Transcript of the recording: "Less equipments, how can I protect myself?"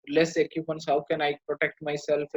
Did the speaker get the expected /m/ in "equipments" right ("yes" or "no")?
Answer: no